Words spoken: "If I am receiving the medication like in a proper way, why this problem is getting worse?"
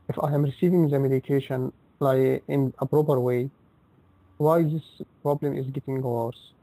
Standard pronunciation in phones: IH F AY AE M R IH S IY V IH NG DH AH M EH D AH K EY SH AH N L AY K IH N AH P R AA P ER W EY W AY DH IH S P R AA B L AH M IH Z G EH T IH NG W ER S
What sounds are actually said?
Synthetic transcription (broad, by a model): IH F AY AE M R IH S IY V IH NG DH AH M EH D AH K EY SH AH N L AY IH N AH P R AA P ER W EY W AY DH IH S P R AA B L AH M IH Z G EH T IH NG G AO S